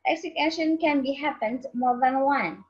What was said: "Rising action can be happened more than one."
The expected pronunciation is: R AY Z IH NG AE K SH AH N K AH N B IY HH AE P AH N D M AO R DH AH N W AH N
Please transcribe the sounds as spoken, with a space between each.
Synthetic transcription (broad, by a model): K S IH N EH SH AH N K AH N B IY HH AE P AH N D M AO R DH AH N W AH N